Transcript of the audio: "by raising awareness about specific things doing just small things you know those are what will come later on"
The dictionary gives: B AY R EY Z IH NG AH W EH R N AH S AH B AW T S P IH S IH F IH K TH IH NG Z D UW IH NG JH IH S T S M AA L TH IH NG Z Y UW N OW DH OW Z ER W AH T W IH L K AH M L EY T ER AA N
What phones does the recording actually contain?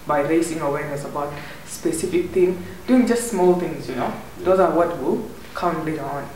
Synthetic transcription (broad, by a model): B AY R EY S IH NG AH W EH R N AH S AH B AW T S P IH S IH F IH K T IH NG D UW IH NG JH IH S T S M AA L T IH NG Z Y UW N OW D OW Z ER W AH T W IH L K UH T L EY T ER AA N